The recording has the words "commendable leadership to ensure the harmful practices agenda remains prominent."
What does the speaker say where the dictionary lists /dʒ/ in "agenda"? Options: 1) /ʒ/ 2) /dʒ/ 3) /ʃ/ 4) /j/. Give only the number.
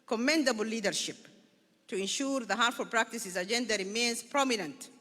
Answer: 2